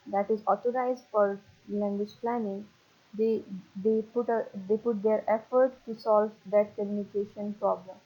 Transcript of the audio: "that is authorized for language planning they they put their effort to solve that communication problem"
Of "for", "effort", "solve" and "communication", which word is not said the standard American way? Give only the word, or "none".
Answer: none